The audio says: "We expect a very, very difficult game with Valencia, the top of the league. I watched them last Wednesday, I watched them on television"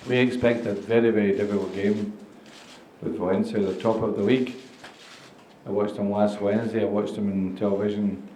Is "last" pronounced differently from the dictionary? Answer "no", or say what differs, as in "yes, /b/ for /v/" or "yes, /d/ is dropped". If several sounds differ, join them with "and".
yes, /w/ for /l/